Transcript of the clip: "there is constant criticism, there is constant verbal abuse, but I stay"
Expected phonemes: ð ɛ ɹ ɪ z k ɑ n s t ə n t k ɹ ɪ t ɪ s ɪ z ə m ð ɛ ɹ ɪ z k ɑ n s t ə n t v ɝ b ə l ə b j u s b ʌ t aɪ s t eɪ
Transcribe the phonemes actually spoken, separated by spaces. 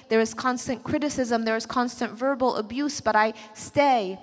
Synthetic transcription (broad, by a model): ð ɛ ɹ ɪ z k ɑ n s t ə n k ɹ ɪ t ɪ s ɪ z ə m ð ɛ ɹ ɪ z k ɑ n s t ə n t v ɝ b ə l ə b j u s b ʌ t aɪ s t eɪ